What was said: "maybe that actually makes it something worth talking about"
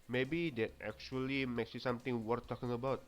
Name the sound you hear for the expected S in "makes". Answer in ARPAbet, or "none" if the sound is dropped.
S